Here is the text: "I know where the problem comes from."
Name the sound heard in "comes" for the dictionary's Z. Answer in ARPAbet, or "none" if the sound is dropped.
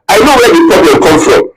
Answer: none